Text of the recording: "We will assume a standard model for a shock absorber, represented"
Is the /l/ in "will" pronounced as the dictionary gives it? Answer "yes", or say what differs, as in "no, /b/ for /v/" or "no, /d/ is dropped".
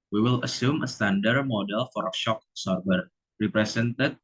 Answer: yes